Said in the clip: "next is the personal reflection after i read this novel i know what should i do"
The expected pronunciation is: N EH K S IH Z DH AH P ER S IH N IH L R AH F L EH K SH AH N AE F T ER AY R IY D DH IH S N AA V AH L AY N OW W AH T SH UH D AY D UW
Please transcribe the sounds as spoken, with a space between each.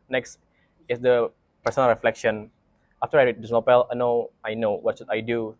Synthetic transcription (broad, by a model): N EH K S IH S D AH P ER S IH N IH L R AH F L EH K SH AH N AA F T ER AY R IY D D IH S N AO P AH L AY N OW W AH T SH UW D AY D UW